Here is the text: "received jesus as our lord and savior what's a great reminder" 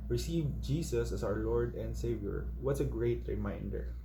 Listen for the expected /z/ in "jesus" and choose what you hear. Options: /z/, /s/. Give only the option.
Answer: /s/